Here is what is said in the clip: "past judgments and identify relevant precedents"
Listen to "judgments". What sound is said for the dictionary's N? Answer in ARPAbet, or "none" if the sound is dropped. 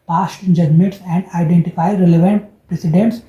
none